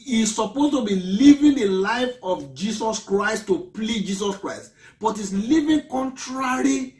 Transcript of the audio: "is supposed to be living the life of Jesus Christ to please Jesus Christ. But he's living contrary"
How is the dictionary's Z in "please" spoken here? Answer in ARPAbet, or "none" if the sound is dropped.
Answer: none